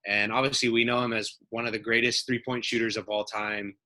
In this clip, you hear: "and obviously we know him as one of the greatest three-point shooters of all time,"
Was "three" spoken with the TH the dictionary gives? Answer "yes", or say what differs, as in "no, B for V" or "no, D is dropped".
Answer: yes